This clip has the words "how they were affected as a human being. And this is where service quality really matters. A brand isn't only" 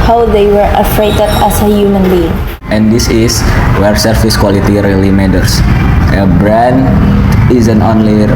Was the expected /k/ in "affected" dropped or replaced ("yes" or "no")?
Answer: yes